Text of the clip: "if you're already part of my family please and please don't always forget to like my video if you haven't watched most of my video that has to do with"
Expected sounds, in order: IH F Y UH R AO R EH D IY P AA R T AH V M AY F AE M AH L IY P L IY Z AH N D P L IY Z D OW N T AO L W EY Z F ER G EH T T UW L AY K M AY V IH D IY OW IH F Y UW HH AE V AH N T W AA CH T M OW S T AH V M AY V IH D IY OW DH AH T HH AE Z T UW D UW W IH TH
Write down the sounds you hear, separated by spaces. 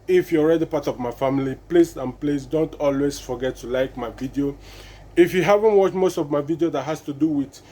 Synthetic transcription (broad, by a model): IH F Y AO R EH D IY P AA T AH V M AY F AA M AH L IY P L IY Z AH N P L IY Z D OW N T AO L W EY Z F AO G EH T T UW L AY K M AY V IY D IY OW IH F Y UW HH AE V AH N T W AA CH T M OW S T AH V M AY V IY D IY OW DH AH T HH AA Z T UW D UW W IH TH